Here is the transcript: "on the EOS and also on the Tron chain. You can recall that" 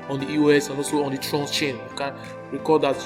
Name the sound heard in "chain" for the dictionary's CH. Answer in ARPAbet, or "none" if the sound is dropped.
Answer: CH